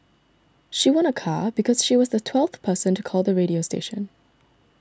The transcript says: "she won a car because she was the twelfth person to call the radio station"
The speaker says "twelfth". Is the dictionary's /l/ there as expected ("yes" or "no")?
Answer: yes